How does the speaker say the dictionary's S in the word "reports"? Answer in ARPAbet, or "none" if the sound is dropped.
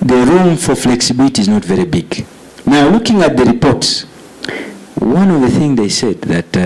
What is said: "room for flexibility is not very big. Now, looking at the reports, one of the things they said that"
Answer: S